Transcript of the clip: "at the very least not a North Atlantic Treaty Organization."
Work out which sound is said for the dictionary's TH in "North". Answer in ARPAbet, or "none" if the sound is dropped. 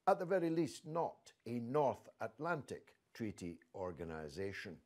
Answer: TH